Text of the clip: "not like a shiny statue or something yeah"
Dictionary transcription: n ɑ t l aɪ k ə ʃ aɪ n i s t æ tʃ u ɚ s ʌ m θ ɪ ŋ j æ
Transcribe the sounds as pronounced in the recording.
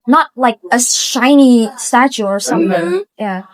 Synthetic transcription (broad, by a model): n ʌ t l aɪ k ə ʃ aɪ n i s t æ tʃ u ɚ s ʌ m θ ɪ ŋ j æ